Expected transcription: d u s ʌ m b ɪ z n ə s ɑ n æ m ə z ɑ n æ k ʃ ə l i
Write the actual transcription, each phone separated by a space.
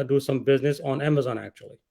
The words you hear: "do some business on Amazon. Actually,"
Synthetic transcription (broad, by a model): d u s ʌ m b ɪ z n ə s n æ m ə z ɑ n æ k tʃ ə l i